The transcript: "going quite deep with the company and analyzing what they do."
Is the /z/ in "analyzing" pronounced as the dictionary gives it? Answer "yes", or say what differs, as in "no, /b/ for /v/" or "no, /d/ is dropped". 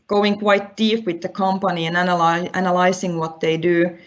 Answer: no, /s/ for /z/